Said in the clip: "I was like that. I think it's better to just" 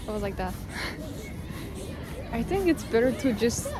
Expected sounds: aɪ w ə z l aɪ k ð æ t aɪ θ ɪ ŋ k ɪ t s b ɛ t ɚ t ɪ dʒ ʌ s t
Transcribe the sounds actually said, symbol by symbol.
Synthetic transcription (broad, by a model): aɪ w ə z l aɪ k ð æ t aɪ θ ɪ ŋ k ɪ t s b ɛ t ɚ t ɪ dʒ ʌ s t